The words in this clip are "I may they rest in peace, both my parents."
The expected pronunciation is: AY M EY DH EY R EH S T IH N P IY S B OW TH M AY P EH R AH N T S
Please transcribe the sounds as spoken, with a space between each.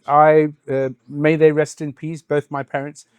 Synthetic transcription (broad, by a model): AY M EY DH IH R EH S T IH N P IY S B OW TH M AY P EH R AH N T S